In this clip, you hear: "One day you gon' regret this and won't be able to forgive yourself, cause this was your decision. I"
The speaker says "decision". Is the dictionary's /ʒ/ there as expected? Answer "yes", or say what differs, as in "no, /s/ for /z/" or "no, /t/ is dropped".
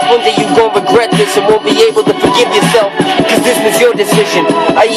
yes